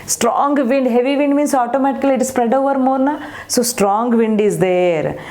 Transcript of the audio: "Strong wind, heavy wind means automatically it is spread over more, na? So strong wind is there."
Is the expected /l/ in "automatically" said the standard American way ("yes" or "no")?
no